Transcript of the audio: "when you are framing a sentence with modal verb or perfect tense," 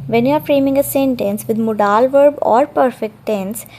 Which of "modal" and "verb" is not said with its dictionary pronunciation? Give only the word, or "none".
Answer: none